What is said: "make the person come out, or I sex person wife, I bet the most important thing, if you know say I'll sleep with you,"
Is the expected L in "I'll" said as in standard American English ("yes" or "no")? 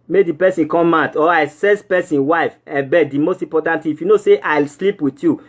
yes